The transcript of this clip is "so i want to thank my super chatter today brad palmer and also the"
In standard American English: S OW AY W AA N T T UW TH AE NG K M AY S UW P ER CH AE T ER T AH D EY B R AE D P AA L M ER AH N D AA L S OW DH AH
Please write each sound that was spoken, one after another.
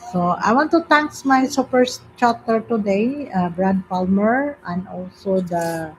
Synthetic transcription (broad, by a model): S OW AY W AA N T T UW T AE NG K M AY S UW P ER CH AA T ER T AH D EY B R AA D P AA L M ER AH N D AA L S OW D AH